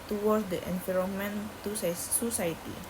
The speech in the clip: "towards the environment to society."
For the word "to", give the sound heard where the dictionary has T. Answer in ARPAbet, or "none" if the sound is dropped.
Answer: S